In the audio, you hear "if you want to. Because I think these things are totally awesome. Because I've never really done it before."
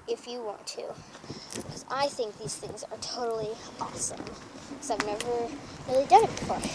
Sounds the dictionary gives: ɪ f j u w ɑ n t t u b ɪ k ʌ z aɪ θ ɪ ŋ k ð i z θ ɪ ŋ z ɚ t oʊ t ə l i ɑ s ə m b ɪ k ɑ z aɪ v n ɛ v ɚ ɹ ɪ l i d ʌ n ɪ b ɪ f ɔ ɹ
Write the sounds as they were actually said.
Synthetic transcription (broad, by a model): ɪ f j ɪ w ɑ n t t u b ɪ k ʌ z aɪ θ ɪ ŋ k ð i z θ ɪ ŋ z ɚ t oʊ t l i ɑ s ə m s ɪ ɑ ɪ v n ɛ v ɚ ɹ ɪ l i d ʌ ɪ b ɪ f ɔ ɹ